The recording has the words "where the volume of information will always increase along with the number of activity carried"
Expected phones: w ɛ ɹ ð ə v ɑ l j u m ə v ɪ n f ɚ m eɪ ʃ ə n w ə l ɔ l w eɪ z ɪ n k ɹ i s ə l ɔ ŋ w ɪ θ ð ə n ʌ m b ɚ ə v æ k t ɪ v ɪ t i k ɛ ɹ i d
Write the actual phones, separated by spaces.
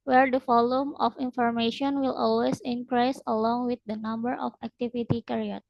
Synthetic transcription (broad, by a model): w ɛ ɹ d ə f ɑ l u m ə f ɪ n f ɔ m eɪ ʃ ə n w ə l ɔ l w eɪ s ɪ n k ɹ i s ə l ɔ ŋ w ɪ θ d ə n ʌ m b ɚ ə f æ k t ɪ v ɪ t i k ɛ ɹ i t